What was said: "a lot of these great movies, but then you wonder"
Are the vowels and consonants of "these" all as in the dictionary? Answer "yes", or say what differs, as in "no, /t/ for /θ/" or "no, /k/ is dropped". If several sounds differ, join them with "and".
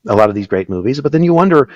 yes